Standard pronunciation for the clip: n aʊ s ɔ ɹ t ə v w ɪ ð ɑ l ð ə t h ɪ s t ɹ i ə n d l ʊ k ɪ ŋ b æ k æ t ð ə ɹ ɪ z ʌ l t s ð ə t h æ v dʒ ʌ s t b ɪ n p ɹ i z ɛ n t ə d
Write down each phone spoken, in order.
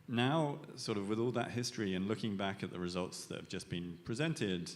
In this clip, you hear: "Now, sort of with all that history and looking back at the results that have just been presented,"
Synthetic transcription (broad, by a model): n aʊ s ɔ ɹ t ə v w ɪ ð ɑ l ð ə t h ɪ s t ɹ i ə n l ʊ k ɪ ŋ b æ k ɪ t ð ə ɹ ɪ z ʌ l t s ð ə t h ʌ v dʒ ʌ s b ɪ n p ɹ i z ɛ n t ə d